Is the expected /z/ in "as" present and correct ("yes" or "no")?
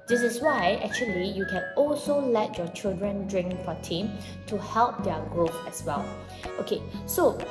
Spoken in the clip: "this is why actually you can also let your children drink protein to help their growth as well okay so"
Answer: no